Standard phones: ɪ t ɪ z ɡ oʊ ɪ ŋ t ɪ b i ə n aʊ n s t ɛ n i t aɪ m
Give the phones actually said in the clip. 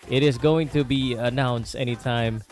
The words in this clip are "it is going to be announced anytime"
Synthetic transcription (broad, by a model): ɪ t ɪ z ɡ oʊ ɪ ŋ t ɪ b i ə n aʊ n s t ɛ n i t aɪ m